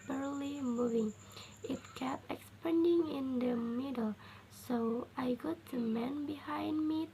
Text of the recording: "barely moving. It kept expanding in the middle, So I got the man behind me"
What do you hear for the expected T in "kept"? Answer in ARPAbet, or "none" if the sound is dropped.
none